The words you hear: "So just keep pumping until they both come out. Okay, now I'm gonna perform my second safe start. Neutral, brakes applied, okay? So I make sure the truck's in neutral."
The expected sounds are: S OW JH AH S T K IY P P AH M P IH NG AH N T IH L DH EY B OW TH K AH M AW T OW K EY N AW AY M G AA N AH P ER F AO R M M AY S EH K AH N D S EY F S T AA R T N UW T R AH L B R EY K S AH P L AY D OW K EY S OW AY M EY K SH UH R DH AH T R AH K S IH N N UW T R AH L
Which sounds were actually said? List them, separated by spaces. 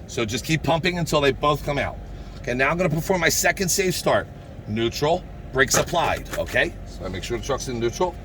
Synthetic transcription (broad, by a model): S OW JH AH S K IY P P AH M P IH NG AH N T IH L DH EY B OW TH K AH M AW T OW K EY N AW AY M G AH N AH P ER F AO R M M AY S EH K AH N D S EY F S T AA R T N UW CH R L B R EY K S AH P L AY D OW K EY S OW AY M EY K SH UH R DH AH T R AH K S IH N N UW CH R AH L